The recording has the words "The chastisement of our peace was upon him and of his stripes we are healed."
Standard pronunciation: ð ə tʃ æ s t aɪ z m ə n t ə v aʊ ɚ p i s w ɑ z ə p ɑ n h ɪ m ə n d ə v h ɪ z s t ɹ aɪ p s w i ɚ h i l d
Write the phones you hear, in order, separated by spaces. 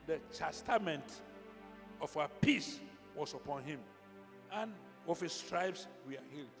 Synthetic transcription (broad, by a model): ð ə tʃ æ s t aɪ m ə n t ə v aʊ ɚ p i s w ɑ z ə p ɑ n h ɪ m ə n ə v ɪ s t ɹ aɪ b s w i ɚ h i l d